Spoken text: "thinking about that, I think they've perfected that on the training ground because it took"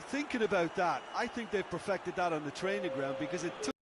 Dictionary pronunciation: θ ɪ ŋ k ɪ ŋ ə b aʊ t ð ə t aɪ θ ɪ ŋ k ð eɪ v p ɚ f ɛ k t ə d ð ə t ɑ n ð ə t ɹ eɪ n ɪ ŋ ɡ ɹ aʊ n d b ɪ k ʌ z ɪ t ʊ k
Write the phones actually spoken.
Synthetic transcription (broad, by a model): θ ɪ ŋ k ɪ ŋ ə b aʊ t ð ə t aɪ θ ɪ ŋ k ð eɪ v p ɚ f ɛ k t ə d ð ə t n ð ə t ɹ eɪ n ɪ ŋ ɡ ɹ aʊ n d b ɪ k ʌ z ɪ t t